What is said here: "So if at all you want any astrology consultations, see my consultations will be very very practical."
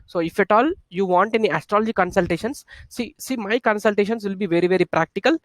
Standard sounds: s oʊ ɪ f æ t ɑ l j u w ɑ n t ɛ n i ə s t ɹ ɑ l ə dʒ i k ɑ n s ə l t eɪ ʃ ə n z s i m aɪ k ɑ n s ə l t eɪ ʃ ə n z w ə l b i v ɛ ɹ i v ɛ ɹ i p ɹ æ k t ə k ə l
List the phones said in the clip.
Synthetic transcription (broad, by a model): s oʊ ɪ f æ t ɑ l j u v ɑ n t ɛ n i ə s t ɹ ɑ l ə dʒ i k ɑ n s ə l t eɪ ʃ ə n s s i m aɪ k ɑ n s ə l t eɪ ʃ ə n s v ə l b i v ɛ ɹ i v ɛ ɹ i p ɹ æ k t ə k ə l